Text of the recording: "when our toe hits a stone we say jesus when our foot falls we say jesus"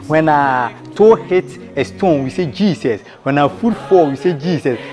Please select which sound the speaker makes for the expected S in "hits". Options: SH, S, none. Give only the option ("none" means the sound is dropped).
none